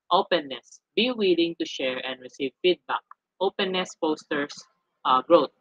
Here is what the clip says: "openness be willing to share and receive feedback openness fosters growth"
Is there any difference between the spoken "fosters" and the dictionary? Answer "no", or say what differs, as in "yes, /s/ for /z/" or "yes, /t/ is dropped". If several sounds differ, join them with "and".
yes, /p/ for /f/ and /s/ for /z/